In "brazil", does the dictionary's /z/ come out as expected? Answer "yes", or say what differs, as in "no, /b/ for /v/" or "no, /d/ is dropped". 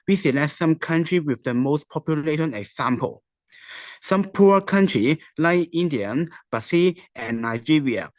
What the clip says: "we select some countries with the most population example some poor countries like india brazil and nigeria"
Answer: no, /s/ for /z/